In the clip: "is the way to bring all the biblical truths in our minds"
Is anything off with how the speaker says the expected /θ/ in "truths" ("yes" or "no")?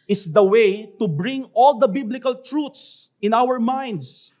yes